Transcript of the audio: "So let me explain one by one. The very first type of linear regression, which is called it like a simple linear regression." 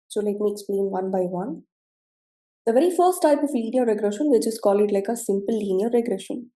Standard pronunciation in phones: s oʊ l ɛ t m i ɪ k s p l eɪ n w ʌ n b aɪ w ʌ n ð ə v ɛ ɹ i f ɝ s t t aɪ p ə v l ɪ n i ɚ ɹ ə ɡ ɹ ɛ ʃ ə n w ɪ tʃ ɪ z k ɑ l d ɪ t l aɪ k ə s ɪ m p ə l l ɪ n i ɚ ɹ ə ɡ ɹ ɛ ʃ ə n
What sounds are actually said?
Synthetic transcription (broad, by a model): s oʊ l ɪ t m i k s p l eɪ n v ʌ n b aɪ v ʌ n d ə v ɛ ɹ i f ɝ s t t aɪ p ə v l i n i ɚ ɹ ə ɡ ɹ ɛ ʃ ə n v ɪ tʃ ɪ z k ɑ l ɪ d l aɪ k ə s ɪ m p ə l l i n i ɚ ɹ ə ɡ ɹ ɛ ʃ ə n